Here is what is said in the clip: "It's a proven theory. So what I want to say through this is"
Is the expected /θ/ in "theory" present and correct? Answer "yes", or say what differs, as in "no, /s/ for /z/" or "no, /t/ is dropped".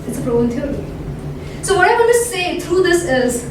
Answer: no, /t/ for /θ/